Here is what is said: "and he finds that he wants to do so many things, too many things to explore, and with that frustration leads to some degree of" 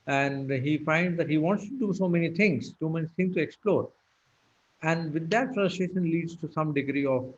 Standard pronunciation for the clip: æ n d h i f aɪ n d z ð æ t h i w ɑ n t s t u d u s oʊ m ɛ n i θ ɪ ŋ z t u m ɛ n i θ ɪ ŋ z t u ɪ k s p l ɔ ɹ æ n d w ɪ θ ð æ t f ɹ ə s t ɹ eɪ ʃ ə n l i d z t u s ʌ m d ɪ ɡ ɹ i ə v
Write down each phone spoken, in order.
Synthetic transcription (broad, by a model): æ n d h i f aɪ n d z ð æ t h i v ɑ n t s t u d u s oʊ m ɛ n i t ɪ ŋ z s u m ɛ n i t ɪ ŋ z t u ɪ k s p l ɔ ɹ æ n d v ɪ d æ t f ɹ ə s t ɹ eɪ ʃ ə n l i d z t u s ʌ m d ɪ ɡ ɹ i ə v